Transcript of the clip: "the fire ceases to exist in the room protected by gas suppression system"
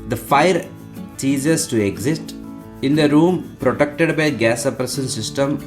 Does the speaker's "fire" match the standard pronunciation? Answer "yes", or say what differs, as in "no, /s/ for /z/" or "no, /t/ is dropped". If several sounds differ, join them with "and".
yes